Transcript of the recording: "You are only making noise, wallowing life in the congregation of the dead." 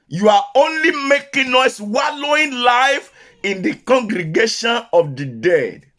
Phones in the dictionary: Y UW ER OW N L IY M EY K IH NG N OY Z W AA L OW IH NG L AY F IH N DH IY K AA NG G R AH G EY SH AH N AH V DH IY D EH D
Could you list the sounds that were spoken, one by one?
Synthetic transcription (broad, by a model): Y UW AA OW N L IY M EY K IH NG N OY S W AA L OW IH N L AY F IH N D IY K AA NG G R AH G EY SH AH N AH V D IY D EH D